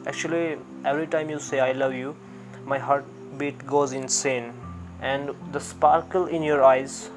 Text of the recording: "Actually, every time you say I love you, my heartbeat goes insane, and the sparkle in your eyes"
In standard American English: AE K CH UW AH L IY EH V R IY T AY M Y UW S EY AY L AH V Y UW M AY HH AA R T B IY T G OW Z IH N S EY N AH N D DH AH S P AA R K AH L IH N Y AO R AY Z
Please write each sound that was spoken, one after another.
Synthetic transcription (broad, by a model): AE K CH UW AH L IY EH V R IY T AY M Y UW S EY AY L AH V Y UW M AY HH AA R T B IY T G OW Z IH N S EY N AH N D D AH S P AA R K AH L IH N Y AO R AY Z